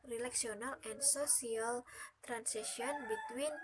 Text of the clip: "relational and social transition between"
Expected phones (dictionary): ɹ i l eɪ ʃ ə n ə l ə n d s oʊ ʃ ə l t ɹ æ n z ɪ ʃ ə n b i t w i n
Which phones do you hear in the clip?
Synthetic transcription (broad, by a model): ɹ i l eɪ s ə n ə l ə n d s oʊ s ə l t ɹ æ n s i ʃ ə n b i t w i n